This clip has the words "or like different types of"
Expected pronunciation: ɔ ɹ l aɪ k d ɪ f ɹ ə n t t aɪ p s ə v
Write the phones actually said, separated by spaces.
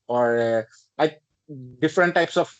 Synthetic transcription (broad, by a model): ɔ ɹ l aɪ k d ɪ f ɹ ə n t t aɪ p s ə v